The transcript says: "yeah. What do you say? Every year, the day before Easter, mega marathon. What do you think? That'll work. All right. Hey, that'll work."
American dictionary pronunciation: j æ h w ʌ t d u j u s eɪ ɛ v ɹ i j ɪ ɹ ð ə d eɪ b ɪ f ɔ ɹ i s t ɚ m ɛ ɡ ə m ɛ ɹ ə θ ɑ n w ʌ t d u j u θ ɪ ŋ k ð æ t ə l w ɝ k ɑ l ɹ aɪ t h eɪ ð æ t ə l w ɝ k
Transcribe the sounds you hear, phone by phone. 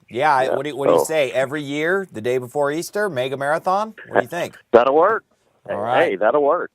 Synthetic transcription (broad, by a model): j æ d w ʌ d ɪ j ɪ s eɪ ɛ v ɹ i j ɪ ɹ ð ə d eɪ b ɪ f ɔ ɹ i s t ɚ m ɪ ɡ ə m ɛ ɹ ə θ ɑ n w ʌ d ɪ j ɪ θ ɪ ŋ k ð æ t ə w ɝ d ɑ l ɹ aɪ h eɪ ð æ t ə w ɝ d